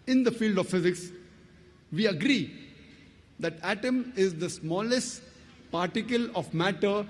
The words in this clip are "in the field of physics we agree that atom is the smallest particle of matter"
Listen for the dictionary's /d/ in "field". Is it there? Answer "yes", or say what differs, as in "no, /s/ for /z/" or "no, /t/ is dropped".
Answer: yes